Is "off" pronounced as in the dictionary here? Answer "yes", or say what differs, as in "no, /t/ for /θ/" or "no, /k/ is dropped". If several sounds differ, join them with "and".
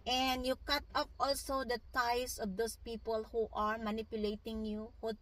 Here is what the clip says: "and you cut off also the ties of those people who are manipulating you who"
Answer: no, /p/ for /f/